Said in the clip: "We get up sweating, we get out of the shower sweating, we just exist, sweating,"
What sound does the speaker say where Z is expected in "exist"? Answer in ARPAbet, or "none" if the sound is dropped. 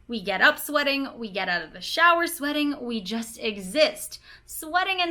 Z